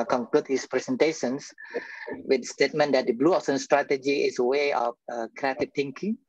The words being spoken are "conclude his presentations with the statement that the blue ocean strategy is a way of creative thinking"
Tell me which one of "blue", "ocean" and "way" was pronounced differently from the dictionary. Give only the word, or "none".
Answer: ocean